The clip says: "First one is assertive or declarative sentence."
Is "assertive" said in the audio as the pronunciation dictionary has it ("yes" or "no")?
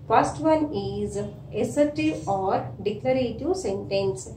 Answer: no